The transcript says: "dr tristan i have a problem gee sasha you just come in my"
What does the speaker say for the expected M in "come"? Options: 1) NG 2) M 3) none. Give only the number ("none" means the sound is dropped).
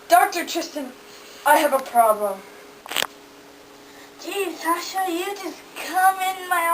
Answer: 2